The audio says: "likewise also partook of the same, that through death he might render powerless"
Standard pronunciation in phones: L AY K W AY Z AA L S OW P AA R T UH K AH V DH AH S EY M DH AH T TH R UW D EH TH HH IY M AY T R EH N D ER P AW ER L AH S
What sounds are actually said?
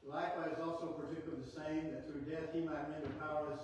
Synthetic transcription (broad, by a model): L AY K W AY Z AA L S OW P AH R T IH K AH DH AH S EY M DH AH T TH R UW D EH TH HH IY M AY T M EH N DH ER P AW ER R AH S